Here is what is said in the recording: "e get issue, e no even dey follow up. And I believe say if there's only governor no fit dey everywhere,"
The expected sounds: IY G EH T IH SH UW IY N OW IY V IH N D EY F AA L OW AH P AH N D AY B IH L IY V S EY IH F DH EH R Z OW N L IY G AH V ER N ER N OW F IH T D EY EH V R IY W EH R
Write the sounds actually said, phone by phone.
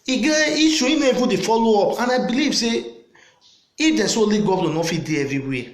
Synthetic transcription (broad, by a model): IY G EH IY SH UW IY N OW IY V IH D EY F AA L OW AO P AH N AY B IH L IY V S EY IH F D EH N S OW L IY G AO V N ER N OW F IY D EY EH V R IY W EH